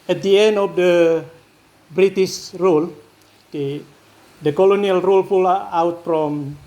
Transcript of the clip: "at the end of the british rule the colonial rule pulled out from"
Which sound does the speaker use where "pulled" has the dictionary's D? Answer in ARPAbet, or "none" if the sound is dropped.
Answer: none